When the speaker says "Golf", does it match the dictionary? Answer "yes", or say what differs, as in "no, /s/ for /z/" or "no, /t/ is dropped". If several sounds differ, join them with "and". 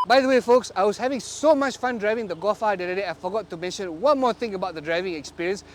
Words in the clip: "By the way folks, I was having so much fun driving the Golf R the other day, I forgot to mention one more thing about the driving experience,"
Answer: no, /l/ is dropped